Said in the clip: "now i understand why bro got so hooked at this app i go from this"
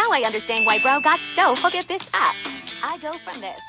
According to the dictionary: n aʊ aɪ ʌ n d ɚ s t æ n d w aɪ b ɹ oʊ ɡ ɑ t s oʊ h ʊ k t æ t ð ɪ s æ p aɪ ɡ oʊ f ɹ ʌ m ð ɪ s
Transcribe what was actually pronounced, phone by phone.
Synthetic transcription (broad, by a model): aʊ aɪ ʌ n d ɚ s t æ n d w aɪ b ɹ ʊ ɡ ɑ t s oʊ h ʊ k ɪ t ð ɪ s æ p aɪ ɡ oʊ f ɹ ʌ m ð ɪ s